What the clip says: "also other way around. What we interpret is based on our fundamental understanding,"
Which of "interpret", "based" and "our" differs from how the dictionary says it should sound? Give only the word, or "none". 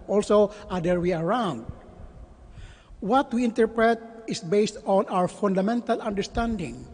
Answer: none